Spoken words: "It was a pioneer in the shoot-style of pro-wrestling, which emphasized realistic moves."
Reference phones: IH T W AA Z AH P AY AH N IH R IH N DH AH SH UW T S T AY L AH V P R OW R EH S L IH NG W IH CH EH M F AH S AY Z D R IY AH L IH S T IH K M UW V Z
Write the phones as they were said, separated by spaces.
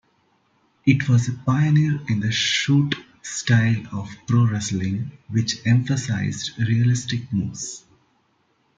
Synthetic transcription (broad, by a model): IH T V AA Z AH P AY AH N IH R IH N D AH SH UW T S T AY L AH V P R OW R EH S L IH NG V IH CH EH M F AH S AY Z D R IY AH L IH S T IH K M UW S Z